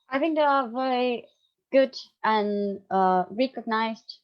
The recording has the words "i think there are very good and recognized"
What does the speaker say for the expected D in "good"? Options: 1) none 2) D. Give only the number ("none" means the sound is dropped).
2